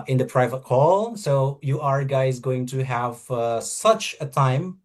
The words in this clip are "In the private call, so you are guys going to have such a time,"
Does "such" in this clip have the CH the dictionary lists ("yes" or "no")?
yes